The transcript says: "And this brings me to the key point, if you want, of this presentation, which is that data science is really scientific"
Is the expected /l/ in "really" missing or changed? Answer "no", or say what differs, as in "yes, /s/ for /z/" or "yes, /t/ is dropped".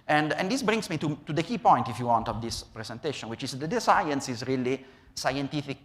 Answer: no